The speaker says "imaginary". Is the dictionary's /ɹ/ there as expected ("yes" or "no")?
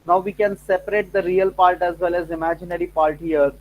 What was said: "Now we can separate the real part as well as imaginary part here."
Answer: yes